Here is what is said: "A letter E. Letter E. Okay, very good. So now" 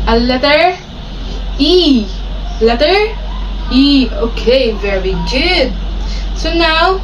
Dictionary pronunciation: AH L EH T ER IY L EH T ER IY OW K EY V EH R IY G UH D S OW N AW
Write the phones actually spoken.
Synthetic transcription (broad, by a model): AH L EH T ER IY L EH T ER IY OW K EY V EH R IY G UH D S OW N AW